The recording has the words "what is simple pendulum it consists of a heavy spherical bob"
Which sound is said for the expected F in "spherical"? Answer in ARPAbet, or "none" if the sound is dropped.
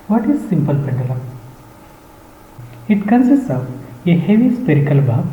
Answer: P